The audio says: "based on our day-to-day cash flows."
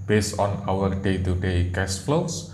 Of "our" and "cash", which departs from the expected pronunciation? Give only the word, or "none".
cash